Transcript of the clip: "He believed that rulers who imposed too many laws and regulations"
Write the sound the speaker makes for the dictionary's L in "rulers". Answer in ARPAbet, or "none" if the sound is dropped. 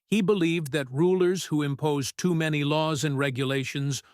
L